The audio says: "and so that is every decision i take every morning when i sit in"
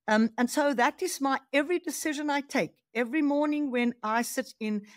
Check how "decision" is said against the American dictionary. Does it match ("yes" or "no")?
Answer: yes